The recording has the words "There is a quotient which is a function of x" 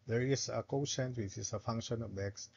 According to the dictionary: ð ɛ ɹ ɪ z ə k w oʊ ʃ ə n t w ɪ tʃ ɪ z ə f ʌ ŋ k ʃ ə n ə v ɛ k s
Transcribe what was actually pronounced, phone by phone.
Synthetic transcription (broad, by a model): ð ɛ ɹ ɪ s ə k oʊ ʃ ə n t w ɪ tʃ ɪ s ə f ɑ ŋ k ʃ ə n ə b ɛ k s